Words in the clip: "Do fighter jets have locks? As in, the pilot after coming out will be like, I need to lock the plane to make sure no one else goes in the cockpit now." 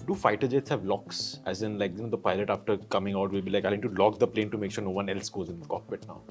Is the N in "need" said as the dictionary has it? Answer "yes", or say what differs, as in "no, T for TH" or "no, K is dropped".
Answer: no, L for N